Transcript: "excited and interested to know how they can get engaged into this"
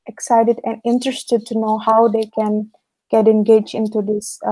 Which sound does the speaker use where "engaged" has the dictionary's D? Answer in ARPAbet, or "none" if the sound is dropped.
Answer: none